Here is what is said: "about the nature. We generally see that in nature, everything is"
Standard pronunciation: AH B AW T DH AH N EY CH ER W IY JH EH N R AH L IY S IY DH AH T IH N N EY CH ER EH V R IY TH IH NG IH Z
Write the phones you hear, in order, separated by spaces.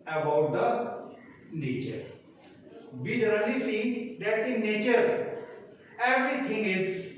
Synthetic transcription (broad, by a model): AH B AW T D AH N EY CH ER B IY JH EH R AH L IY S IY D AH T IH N N EY CH ER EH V R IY T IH NG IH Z